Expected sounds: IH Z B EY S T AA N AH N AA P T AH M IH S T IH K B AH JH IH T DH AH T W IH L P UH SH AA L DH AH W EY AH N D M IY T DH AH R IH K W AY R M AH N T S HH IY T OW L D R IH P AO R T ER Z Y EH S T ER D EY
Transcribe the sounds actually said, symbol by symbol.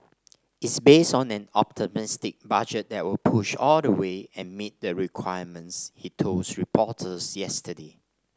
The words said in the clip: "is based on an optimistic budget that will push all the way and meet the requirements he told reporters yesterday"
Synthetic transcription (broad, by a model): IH S B EY S T AA N AH N AA P T AH M IH S T IH K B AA JH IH T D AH T W IH L P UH SH AA L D AH W EY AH N M IY T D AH R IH K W AY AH M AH N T S HH IY T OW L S R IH P AO T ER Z Y EH S T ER D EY